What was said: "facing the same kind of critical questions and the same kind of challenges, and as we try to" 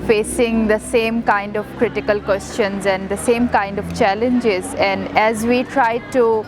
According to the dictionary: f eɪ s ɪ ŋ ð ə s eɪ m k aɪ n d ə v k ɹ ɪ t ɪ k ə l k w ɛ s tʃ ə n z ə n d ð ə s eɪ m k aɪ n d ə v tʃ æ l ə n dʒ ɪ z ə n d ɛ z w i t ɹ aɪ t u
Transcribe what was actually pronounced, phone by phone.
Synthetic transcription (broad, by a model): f eɪ s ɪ ŋ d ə s eɪ m k aɪ n d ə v k ɹ ɪ t ɪ k ə l k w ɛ s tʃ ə n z ə n d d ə s eɪ m k aɪ n d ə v tʃ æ l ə n dʒ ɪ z ə n d ɛ z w i t ɹ aɪ t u